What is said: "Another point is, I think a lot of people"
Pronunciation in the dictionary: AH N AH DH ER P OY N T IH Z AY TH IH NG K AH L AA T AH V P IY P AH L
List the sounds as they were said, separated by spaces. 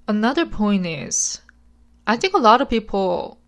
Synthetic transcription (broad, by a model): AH N AH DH ER P OY N T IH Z AY TH IH NG K AH L AA T AH V P IY P L